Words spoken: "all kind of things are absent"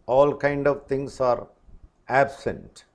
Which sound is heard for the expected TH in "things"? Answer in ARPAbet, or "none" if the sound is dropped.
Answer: T